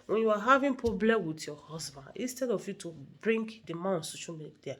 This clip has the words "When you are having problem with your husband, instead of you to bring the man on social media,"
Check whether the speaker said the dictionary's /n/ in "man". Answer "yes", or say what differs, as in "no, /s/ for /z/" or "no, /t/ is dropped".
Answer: no, /n/ is dropped